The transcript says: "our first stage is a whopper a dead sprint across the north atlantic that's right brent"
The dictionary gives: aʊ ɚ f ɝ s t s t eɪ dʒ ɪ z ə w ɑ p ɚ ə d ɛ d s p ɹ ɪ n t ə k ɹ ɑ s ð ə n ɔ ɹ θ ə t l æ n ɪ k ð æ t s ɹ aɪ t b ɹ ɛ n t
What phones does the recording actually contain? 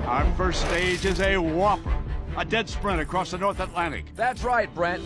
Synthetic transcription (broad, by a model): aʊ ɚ f ɝ s t s t eɪ dʒ ɪ z ə w ɑ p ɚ ə d ɛ d s p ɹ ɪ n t ə k ɹ ɑ s ð ə n ɔ ɹ θ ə t l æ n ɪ k ð æ t s ɹ aɪ t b ɹ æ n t